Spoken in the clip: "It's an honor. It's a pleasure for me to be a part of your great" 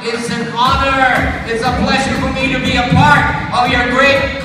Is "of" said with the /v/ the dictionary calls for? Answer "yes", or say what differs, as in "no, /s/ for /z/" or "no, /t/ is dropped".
yes